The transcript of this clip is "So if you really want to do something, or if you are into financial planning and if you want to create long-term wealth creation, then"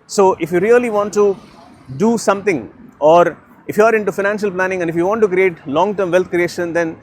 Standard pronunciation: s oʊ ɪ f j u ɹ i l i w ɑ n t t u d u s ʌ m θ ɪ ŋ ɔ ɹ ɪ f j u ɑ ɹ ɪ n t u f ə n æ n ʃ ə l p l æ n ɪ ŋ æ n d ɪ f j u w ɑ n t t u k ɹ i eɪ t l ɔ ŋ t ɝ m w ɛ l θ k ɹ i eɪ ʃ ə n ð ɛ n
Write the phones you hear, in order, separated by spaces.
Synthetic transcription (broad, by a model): s oʊ ɪ f j u ɹ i l i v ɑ n t t u d u s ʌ m t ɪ ŋ ɔ ɹ ɪ f j u ɑ ɹ ɪ n t u f ə n æ n ʃ ə l p l æ n ɪ ŋ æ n d ɪ f j u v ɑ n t t u k ɹ i eɪ t l ɔ ŋ t ɝ m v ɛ l t k ɹ i eɪ ʃ ə n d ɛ n